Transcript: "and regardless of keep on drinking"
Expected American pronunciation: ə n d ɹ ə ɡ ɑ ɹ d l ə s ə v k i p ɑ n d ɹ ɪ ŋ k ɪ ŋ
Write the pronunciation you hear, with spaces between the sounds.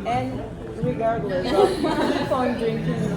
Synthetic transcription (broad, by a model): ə n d ɹ ə ɡ ɑ ɹ d l ə s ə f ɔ ɪ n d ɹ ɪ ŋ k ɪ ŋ